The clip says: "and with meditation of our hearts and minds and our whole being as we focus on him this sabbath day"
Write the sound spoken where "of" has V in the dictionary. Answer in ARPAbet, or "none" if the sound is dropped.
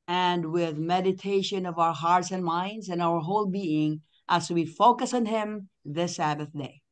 V